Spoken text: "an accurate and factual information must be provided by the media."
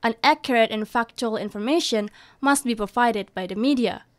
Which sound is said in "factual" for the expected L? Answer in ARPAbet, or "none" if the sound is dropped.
L